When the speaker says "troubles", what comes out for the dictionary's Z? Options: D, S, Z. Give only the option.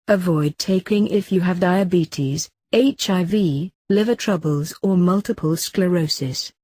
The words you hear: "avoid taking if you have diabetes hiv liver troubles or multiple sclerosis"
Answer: Z